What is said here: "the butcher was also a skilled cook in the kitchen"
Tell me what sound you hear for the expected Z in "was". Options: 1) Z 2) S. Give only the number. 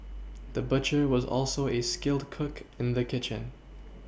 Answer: 1